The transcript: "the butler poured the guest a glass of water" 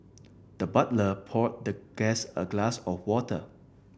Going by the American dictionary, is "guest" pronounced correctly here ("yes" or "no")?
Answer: no